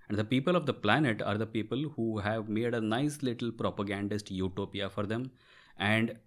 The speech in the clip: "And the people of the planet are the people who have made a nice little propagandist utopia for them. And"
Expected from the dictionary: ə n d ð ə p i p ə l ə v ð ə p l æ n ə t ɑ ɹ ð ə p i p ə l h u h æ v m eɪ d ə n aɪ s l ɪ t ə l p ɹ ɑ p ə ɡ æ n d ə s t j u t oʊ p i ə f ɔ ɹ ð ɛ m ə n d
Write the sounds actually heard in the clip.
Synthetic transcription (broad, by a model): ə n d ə p i p ə l ə v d ə p l æ n ə t ɑ ɹ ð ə p i p ə l h u h æ v m eɪ d ə n aɪ s l ɪ t ə l p ɹ ɑ p ə ɡ æ n d ə s t j u t oʊ p i ə f ɔ ɹ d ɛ m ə n d